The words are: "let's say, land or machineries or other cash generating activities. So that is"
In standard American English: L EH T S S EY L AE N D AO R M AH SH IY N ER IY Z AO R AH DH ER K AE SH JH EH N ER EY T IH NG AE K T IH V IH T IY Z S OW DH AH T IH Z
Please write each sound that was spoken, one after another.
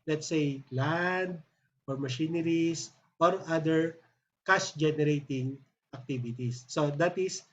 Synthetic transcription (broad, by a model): L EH T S S EY L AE N D AO R M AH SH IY N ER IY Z AO R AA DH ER K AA S JH EH N ER EY T IH NG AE K T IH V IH T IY S OW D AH T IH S